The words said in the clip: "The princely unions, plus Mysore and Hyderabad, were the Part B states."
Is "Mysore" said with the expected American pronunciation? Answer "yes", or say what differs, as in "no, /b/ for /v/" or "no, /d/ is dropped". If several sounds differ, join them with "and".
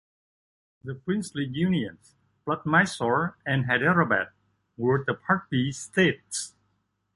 yes